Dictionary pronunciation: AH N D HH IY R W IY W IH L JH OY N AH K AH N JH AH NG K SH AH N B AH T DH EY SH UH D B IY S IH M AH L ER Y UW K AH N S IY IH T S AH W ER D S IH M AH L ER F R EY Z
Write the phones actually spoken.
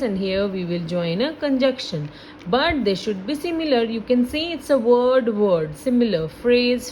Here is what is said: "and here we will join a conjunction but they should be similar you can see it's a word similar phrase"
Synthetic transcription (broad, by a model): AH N D HH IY R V IY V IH L JH OY N AH K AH N JH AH K SH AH N B AH T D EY SH UH D B IY S IH M AH L ER Y UW K AH N S IY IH T S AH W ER D S IH M AH L ER F R EY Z